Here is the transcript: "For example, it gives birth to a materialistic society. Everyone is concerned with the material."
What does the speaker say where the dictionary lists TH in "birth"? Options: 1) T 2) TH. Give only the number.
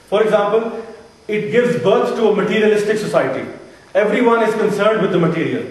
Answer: 1